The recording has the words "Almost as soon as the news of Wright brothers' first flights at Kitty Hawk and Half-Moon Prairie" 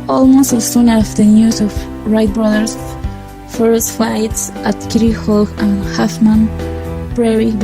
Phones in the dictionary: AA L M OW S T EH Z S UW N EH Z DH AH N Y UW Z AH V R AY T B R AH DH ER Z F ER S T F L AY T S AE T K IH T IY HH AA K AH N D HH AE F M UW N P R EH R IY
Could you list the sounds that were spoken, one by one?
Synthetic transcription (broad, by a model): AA L M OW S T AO S UW N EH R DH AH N Y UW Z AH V R AY T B R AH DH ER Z F ER S T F AY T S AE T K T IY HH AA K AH N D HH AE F M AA N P R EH R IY